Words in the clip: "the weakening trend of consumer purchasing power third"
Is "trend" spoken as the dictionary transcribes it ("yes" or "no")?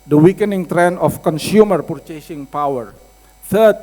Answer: no